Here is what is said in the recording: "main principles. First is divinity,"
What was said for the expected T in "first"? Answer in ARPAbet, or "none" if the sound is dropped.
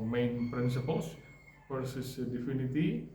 none